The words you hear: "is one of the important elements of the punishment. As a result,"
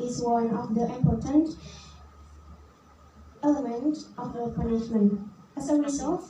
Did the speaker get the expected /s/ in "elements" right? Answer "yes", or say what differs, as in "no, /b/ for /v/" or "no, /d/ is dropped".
no, /s/ is dropped